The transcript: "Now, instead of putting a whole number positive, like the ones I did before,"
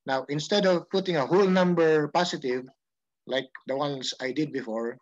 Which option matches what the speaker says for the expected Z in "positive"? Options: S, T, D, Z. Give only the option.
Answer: S